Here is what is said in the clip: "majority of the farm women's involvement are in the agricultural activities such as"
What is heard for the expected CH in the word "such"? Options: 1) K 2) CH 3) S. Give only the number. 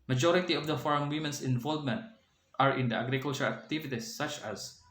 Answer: 2